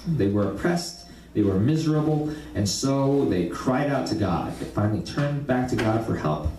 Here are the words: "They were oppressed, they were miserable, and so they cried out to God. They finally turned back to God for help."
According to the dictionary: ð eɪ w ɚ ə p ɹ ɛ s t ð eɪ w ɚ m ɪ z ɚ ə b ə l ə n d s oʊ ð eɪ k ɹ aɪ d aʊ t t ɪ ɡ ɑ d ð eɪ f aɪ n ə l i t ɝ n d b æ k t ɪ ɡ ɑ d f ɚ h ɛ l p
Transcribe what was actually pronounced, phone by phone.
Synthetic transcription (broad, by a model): ð eɪ w ɚ ə p ɹ ɛ s t ð eɪ w ɚ m ɪ z ɚ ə b l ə n s oʊ ð eɪ k ɹ aɪ d aʊ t t ɪ ɡ ɑ d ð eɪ f aɪ n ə l i t ɝ n b æ k t ɪ ɡ ɑ d f ɚ h ɛ l p